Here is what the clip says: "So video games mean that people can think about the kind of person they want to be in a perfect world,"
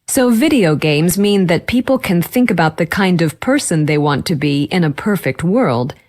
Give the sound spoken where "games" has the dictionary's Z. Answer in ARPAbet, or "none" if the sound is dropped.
Z